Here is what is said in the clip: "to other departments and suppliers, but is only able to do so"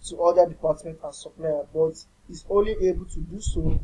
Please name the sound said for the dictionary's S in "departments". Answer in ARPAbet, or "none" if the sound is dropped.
none